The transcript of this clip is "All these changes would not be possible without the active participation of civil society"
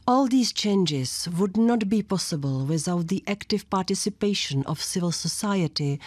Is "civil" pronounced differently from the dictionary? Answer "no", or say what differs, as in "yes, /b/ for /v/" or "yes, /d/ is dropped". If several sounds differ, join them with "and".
no